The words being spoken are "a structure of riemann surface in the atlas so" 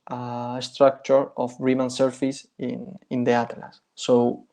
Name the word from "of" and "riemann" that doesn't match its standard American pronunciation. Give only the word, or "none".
of